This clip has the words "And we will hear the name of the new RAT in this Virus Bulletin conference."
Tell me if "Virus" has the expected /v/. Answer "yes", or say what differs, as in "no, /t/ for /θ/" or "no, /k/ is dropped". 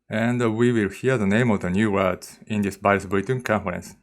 no, /b/ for /v/